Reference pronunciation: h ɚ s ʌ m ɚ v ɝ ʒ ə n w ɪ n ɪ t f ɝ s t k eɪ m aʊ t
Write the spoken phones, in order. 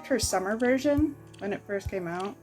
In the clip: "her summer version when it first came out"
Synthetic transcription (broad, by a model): h ɚ s ʌ m ɚ v ɝ ʒ ə n w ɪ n ɪ t f ɝ s t k eɪ m aʊ t